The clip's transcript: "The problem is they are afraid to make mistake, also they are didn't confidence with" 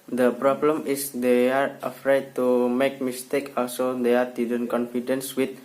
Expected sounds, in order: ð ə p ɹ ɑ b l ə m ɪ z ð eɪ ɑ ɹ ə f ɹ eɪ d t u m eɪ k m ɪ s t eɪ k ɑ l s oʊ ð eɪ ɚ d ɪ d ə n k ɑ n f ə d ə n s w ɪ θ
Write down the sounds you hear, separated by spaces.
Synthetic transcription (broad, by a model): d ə p ɹ ɑ b l ə m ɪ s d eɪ ɑ ɹ ə f ɹ eɪ d t u m eɪ k m ɪ s t eɪ k ɑ l s oʊ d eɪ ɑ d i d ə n k ɑ n f ə d ə n s w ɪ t